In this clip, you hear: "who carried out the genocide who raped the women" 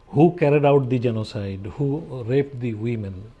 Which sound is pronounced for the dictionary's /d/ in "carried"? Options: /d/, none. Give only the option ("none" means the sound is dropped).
/d/